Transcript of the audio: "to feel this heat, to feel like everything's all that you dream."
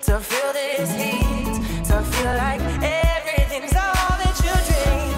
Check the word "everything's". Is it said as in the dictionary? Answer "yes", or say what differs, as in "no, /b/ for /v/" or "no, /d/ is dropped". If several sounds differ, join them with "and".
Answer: yes